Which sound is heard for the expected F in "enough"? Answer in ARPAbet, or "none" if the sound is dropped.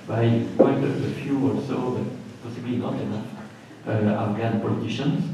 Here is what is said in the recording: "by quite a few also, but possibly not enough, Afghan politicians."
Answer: none